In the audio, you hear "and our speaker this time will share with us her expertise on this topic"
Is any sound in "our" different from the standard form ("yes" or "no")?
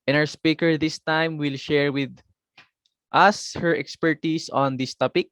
yes